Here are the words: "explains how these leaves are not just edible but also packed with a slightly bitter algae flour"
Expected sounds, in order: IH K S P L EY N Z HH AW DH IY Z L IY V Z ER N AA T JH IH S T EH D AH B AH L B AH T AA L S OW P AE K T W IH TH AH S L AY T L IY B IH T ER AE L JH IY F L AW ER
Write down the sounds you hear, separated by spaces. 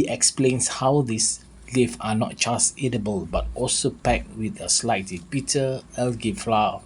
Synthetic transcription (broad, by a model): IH K S P L EY N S HH AW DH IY S L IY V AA N AA T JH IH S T EH D AH B AH L B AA T AA L S OW P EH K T W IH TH AH S L AY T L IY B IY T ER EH L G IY F L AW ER